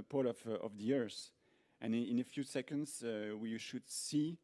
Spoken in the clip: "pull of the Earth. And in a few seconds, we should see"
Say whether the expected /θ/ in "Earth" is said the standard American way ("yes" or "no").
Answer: no